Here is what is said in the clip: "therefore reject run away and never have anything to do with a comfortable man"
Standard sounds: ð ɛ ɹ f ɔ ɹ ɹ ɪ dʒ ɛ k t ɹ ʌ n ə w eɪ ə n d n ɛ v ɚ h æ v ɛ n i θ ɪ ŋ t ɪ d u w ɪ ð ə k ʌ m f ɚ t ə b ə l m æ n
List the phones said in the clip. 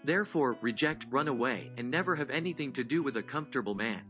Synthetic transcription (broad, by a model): ð ɛ ɹ f ɔ ɹ ɹ ɪ dʒ ɛ k t ɹ ʌ n ə w eɪ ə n n ɛ v ɚ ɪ v ɛ n i θ ɪ ŋ t ɪ d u w ɪ ð ə k ʌ m f t ə b l m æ n